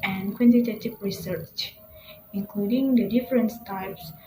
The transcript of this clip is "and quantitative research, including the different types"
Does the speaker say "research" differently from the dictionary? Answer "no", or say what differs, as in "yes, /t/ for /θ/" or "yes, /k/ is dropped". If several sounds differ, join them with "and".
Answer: no